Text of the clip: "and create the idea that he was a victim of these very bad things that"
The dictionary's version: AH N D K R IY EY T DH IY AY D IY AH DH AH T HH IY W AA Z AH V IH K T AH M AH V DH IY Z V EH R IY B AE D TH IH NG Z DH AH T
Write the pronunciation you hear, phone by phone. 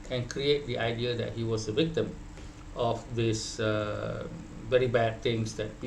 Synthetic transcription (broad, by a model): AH N K R IY EY T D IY AY D IY AH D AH T HH IY W AA S AH V IH K T AH M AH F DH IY S V EH R IY B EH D T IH NG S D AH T